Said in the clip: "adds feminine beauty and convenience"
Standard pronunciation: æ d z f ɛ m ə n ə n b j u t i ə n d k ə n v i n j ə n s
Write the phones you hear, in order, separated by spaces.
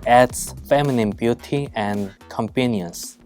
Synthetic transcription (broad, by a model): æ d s f ɛ m ə n ə n b j u t i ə n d k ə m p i n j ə n s